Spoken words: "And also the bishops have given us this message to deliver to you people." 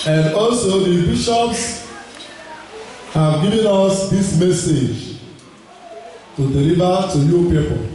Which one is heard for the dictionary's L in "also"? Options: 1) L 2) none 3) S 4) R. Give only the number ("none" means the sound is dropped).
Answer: 1